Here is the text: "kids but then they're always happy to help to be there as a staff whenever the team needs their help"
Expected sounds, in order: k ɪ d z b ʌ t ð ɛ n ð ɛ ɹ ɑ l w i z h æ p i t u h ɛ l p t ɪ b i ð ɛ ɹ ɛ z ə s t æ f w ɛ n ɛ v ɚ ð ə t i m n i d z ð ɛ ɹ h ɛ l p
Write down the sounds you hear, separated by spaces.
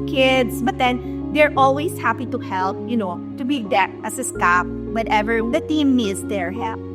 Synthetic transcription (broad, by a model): k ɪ d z b ʌ t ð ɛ n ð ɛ ɹ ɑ l w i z h æ p i t u h ɛ l p t ɪ b i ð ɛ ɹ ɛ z ə s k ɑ p w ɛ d ɛ v ɚ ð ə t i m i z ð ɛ ɹ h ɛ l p